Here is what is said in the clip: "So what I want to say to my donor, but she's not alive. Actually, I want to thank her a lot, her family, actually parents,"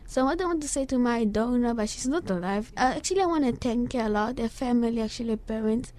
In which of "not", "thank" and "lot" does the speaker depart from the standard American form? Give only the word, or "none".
thank